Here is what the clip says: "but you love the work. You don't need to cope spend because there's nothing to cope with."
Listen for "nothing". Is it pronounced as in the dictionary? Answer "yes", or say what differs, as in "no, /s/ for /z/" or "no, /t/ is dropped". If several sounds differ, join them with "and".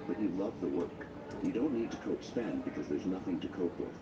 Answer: yes